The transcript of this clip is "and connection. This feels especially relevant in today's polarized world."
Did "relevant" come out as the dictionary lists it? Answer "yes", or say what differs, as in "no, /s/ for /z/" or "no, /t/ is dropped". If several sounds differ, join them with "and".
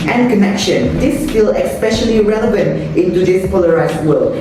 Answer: yes